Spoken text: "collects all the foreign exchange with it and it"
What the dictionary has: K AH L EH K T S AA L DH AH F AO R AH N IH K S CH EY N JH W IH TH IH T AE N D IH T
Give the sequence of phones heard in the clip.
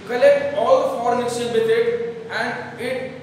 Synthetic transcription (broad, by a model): K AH L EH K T AA L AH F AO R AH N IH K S EY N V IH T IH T AE N D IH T